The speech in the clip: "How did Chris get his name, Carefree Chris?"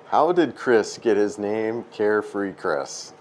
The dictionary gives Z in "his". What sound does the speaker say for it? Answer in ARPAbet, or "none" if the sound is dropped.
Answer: Z